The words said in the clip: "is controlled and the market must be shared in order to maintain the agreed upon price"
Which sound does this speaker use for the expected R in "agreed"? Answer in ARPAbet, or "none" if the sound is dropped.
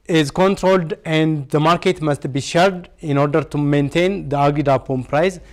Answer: none